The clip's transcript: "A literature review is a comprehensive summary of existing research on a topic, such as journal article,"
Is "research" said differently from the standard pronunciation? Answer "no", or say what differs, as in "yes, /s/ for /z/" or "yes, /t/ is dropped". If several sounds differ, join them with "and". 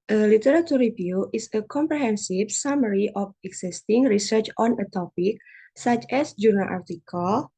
no